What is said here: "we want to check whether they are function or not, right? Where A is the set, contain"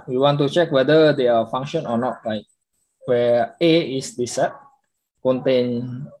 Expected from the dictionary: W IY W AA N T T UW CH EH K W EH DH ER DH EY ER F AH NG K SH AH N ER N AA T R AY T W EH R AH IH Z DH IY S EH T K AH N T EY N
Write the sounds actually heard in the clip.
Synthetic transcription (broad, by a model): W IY W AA N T T UW CH EH K W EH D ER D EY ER F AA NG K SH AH N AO N AA T L AY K W EH AH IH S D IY S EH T K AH N T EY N